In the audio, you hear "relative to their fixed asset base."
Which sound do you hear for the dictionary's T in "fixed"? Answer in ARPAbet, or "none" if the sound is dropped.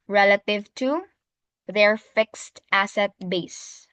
T